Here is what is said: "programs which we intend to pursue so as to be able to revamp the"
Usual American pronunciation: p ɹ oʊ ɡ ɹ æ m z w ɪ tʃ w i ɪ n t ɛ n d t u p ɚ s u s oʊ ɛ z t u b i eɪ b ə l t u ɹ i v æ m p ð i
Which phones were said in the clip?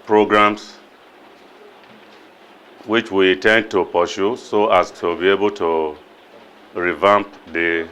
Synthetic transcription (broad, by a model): p ɹ oʊ ɡ ɹ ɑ m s w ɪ tʃ w i t ɛ n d t u p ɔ ʃ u s oʊ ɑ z t u b i eɪ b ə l t u ɹ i v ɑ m p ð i